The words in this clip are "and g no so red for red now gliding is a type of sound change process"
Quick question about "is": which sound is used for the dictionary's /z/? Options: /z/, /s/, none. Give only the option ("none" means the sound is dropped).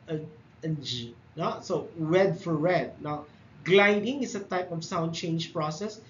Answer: /s/